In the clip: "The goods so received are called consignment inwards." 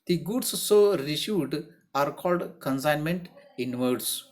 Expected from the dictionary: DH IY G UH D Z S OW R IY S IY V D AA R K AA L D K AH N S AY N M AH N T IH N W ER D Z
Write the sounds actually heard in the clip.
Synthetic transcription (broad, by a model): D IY G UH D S S OW R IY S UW D AA R K AA L D K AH N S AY N M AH N T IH N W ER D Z